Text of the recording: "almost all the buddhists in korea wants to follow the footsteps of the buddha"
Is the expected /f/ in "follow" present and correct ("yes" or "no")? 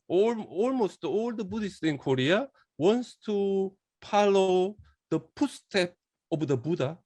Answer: no